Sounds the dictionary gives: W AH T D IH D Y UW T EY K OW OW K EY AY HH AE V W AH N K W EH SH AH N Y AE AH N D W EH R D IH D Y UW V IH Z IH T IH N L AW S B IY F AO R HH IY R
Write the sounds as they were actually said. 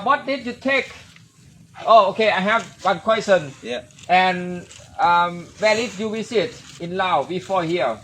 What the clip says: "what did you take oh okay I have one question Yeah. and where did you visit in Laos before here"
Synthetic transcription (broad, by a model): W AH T D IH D Y UW T EY K OW OW K EY AY HH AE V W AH N K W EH S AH N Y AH N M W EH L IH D Y UW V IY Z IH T IH N L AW B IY F AO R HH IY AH